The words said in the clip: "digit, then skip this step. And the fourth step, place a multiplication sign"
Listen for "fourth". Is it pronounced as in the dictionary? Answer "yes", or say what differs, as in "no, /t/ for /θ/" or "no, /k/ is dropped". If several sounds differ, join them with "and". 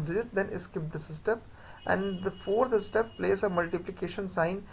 no, /s/ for /θ/